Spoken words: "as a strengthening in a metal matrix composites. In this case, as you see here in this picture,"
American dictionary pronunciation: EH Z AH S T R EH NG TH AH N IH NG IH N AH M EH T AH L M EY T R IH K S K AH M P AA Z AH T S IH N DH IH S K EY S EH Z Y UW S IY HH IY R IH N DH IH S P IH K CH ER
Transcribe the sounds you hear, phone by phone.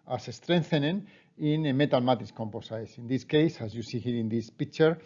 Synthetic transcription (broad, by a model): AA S AH S T R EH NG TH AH N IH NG IH N AH M EH T AH L M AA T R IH S K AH M P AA S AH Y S IH N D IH S K EY S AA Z Y UW S IY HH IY R IH N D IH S P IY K CH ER